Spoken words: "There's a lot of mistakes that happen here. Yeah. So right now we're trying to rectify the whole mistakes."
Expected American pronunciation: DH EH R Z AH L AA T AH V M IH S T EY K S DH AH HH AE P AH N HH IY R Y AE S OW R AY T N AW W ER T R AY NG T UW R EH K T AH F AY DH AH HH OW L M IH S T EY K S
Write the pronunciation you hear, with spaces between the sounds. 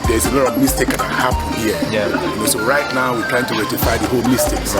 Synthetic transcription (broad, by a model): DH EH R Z AH L AA T AH V M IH S T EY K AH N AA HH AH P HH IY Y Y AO S OW R AY T N AW W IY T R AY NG T UW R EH T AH F AY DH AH HH OW L M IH S T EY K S